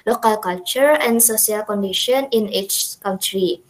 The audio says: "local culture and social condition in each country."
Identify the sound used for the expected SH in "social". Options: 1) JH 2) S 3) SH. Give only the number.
2